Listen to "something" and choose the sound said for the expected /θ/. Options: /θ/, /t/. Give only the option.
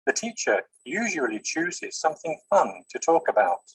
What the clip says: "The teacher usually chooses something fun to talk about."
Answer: /θ/